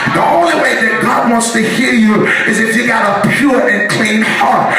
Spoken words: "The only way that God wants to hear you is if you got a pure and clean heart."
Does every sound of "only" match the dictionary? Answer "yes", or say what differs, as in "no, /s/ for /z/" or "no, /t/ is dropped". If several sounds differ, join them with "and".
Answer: yes